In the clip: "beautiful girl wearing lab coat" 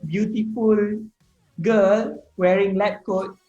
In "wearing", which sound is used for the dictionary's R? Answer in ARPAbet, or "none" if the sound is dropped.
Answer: R